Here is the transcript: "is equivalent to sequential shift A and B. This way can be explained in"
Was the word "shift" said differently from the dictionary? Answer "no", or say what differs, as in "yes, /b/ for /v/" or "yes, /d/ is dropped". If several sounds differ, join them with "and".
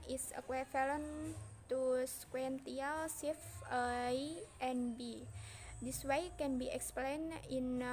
yes, /s/ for /ʃ/ and /t/ is dropped